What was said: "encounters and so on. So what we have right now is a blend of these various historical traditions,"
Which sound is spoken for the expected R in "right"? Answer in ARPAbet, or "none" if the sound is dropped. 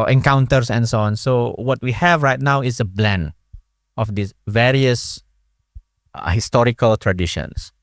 R